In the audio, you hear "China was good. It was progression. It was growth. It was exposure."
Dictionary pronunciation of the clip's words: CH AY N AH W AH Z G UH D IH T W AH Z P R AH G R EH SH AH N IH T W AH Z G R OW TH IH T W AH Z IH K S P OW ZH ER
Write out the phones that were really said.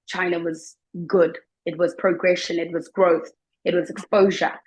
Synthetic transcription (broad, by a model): CH AY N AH W AH Z G UH D IH T W AH Z P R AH G R EH SH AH N IH T W AH Z G R OW TH IH T W AH Z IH K S P OW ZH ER